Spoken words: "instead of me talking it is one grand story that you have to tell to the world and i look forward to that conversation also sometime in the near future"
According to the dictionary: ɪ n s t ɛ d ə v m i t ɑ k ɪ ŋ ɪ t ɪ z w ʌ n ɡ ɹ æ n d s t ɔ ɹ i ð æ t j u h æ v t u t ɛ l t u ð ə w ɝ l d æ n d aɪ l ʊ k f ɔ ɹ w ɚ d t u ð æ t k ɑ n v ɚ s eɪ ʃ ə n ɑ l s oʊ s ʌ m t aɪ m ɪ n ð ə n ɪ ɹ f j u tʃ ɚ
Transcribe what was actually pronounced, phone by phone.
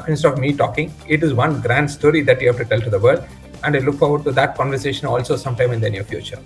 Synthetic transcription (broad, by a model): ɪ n s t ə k m i t ɑ k ɪ ŋ ɪ t ɪ z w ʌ n ɡ ɹ æ n d s t ɔ ɹ i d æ t j u h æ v t u t ɛ l t u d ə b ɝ d æ n d aɪ l ʊ k f ɔ ɹ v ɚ d t u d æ t k ɑ n v ɚ s eɪ ʃ ə n ɑ l s oʊ s ʌ m t aɪ m ɪ n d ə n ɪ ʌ f j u tʃ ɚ